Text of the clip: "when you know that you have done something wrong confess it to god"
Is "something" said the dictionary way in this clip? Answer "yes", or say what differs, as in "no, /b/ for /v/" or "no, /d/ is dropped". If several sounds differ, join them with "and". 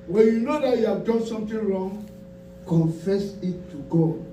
no, /t/ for /θ/